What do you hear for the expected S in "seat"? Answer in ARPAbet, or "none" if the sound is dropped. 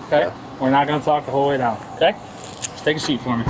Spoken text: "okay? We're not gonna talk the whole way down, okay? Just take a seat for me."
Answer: SH